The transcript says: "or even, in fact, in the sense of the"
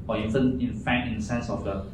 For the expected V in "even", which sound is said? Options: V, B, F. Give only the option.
F